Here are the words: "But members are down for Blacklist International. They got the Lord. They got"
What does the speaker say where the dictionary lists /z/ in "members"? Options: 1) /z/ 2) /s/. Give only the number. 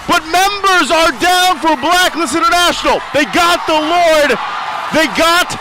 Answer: 1